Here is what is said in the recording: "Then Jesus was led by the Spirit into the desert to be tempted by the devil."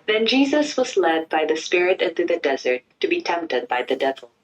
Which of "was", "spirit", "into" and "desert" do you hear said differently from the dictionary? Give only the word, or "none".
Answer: none